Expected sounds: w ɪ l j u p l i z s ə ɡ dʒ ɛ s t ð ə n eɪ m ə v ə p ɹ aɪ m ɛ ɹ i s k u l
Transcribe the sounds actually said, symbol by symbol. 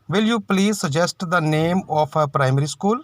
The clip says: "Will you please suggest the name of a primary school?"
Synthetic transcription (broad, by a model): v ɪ l j u p l i z s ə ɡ dʒ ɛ s t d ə n eɪ m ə p ə p ɹ aɪ m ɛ ɹ i s k u l